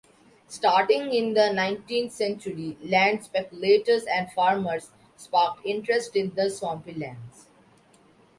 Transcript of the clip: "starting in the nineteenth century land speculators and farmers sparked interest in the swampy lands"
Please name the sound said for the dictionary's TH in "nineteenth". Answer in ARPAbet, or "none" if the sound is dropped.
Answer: T